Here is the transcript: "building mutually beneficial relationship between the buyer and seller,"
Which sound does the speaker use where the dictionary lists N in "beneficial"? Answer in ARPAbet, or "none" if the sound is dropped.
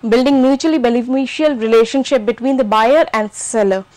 L